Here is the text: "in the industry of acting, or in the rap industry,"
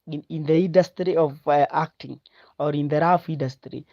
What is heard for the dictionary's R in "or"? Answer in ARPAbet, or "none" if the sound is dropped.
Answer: R